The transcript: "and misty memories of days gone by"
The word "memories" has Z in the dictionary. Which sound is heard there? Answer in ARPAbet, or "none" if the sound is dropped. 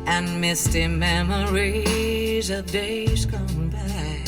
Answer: Z